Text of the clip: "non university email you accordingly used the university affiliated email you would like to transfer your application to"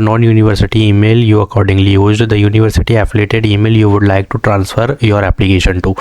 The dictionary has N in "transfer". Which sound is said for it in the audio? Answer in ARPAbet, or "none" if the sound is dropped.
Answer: N